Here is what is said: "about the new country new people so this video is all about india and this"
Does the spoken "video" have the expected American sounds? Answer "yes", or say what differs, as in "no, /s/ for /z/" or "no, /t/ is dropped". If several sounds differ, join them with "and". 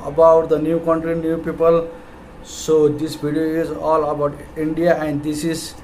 no, /b/ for /v/